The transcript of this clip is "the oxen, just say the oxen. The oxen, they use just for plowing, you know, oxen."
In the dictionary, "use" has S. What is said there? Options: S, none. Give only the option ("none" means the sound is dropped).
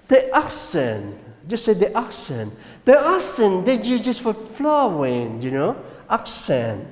none